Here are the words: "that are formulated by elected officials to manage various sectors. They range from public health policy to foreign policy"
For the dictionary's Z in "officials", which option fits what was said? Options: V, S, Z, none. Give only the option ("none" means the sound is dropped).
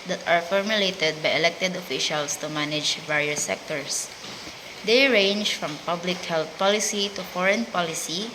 S